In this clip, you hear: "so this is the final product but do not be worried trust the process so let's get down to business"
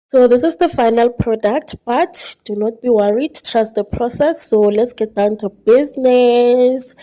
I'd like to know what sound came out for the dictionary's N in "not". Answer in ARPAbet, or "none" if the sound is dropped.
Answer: N